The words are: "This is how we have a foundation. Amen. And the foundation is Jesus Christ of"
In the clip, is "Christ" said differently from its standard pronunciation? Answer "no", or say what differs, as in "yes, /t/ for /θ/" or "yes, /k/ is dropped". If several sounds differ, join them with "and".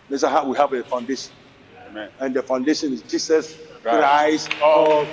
yes, /t/ is dropped